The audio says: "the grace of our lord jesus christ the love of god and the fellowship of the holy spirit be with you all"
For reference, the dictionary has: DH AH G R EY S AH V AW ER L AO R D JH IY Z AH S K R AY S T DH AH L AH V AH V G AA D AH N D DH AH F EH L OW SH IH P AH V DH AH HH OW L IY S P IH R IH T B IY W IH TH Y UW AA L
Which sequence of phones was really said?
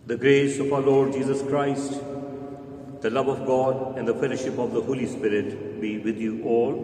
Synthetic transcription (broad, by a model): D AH G R EY S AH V AW ER L AO R D JH IY Z AH S K R AY S T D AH L AH V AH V G AA D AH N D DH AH F EH L OW SH IH P AH V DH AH HH OW L IY S P IH R IH T B IY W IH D Y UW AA L